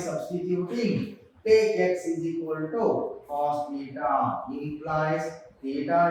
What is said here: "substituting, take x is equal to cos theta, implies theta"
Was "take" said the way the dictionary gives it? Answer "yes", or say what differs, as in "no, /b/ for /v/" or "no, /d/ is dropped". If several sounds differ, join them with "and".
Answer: no, /k/ is dropped